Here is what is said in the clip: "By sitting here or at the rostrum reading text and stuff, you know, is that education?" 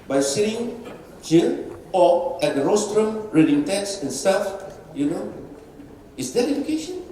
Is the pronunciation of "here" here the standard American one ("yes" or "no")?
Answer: no